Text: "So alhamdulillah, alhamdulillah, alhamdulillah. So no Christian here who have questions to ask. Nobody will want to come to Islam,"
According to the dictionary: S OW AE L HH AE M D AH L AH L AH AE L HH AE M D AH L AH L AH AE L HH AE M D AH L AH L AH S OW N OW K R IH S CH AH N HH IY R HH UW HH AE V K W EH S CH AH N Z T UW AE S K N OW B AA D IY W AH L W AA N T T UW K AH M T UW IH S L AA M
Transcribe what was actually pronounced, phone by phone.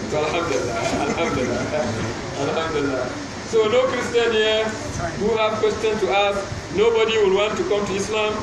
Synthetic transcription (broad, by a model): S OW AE L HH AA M D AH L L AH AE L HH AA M D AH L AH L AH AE L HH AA M D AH L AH S OW N OW K R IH S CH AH N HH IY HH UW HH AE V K W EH S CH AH N S T UW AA S K N OW B AA D IY W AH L W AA N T T UW K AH M T UW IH S L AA M